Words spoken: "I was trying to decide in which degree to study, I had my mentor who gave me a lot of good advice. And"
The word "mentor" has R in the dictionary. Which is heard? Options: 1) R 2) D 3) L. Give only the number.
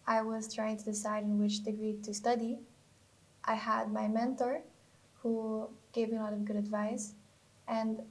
1